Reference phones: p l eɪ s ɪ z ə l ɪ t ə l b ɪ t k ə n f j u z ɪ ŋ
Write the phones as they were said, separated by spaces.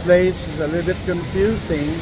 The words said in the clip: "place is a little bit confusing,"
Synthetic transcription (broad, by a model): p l eɪ s ɪ z ə l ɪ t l b ɪ t k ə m f j u z ɪ ŋ